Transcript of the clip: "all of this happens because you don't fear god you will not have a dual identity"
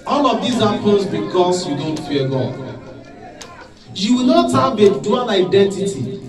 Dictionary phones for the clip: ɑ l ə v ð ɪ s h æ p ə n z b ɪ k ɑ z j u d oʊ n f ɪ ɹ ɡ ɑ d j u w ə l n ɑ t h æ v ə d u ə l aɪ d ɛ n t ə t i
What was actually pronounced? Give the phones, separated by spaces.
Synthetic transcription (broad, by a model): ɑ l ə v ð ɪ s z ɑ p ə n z b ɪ k ɑ s j u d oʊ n f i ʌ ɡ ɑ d j u w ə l n ɑ t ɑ b ə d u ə n aɪ d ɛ n t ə t i